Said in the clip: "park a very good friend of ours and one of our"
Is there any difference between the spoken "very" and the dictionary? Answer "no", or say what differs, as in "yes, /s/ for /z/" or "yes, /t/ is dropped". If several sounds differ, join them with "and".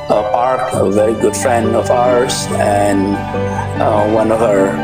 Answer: no